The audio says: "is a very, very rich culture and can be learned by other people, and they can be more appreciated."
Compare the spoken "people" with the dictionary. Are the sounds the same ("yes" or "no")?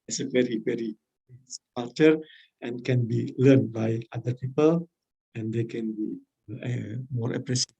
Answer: yes